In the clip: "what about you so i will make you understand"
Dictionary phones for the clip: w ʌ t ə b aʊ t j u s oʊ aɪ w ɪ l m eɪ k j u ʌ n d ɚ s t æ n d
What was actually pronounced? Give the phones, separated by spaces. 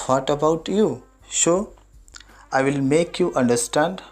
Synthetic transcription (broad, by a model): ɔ t ə b aʊ t j u ʃ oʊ aɪ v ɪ l m eɪ k j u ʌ n d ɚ s t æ n d